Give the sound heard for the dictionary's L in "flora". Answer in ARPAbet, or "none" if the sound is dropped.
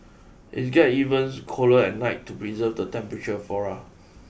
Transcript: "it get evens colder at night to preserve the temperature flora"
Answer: none